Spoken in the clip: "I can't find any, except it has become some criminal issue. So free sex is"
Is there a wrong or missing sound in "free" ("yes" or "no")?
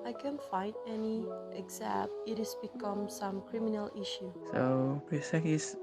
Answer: yes